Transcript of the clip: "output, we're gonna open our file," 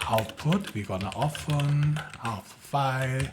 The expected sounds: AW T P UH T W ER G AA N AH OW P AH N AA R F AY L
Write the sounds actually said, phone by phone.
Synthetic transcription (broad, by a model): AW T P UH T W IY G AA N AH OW F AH N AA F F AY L